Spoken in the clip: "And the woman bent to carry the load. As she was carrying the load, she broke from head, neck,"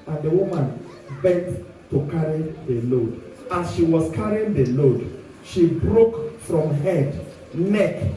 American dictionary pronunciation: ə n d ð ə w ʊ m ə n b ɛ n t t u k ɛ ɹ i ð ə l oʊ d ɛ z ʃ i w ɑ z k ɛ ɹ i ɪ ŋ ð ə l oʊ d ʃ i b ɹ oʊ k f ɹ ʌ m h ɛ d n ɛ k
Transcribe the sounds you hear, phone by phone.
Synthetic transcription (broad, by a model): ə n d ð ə w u m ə n b ɛ n t t u k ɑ ɹ i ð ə l oʊ d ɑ ʃ i w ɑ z k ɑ ɹ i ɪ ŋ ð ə l oʊ d ʃ i b ɹ oʊ k f ɹ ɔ m h ɛ d n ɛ k